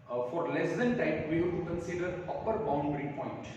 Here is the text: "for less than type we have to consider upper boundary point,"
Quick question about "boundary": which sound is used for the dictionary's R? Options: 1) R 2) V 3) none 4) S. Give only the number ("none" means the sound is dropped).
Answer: 1